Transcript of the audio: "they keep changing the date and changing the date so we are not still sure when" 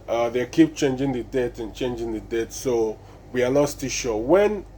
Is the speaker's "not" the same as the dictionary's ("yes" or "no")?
no